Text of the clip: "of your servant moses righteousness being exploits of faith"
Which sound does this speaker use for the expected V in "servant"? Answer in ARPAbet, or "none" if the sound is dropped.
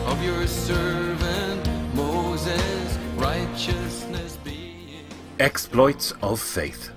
V